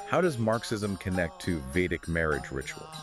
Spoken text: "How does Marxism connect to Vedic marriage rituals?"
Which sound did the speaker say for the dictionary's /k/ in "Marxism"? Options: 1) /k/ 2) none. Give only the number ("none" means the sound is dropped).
1